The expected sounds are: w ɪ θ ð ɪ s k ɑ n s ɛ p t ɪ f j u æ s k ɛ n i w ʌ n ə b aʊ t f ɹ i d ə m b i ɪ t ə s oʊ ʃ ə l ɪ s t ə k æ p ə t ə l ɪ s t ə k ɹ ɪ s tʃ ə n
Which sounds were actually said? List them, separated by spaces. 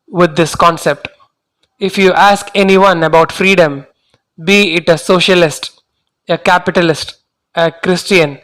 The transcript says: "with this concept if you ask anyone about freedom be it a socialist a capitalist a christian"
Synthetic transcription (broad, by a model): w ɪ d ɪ s k ɑ n s ɛ p t ɪ f j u æ s k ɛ n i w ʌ n ə b aʊ t f ɹ i d ə m b i ɪ t ə s oʊ ʃ ə l ɪ s t ə k æ p ə t ə l ɪ s t ə k ɹ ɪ s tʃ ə n